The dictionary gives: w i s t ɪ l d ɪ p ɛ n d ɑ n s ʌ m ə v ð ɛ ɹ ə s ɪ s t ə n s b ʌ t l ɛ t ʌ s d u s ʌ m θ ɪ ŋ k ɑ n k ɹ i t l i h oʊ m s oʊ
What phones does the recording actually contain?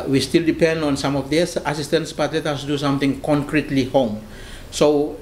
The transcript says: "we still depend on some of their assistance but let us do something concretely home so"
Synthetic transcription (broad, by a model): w i s t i l d ɪ p ɛ n d ɑ n s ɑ m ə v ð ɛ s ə s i s t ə n s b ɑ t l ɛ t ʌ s d u s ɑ m t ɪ ŋ k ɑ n k ɹ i t l i h oʊ m s oʊ